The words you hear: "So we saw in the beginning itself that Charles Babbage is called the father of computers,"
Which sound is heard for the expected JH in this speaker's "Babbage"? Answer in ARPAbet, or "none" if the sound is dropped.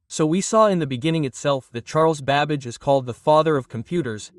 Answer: JH